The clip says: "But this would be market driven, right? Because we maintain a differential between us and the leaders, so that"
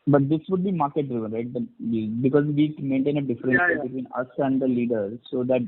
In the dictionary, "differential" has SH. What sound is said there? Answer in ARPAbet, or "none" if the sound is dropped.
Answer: S